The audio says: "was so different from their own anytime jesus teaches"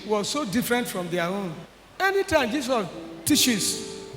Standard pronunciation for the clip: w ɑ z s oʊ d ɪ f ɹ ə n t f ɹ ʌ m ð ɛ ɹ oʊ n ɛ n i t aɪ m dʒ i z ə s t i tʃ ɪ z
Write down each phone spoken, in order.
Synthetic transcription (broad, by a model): w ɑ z s oʊ d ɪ f ɹ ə n t f ɹ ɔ m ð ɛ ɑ oʊ n ɛ n i t aɪ m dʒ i s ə t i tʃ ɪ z